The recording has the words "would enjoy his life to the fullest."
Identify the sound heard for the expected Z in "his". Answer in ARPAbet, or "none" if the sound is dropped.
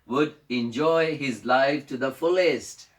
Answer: Z